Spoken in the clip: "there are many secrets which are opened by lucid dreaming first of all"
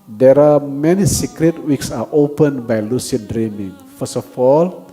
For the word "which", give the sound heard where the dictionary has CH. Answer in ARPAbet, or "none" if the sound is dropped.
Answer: S